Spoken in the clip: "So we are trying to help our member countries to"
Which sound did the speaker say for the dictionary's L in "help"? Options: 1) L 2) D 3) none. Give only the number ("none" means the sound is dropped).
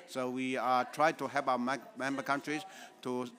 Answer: 3